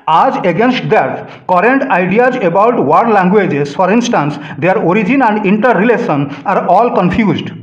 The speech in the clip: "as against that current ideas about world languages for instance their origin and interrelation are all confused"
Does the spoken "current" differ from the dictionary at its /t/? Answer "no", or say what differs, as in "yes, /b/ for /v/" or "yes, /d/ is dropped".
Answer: no